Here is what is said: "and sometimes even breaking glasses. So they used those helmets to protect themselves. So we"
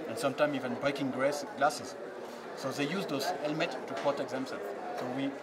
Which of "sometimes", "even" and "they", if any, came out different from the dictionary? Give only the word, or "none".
sometimes